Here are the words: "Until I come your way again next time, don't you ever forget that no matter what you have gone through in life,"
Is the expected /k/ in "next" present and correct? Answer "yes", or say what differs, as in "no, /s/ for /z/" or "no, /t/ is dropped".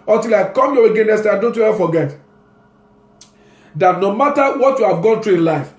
no, /k/ is dropped